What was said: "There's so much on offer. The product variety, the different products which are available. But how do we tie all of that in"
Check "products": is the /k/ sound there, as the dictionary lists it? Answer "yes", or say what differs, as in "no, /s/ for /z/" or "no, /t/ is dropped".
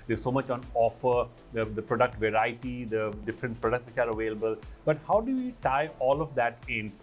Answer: yes